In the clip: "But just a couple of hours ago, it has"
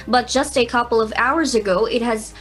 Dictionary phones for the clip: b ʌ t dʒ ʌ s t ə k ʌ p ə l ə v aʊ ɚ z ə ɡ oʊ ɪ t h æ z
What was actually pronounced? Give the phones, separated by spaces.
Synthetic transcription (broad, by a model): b ʌ t dʒ ʌ s t ə k ʌ p l ə v aʊ ɚ z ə ɡ oʊ ɪ t h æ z